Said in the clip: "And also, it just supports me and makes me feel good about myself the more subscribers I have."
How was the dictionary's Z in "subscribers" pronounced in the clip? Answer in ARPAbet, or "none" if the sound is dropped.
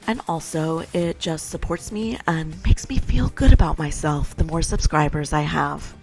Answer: Z